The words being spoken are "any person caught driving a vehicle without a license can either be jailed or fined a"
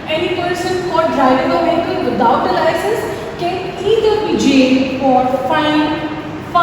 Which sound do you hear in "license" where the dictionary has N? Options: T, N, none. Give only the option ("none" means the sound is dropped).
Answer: none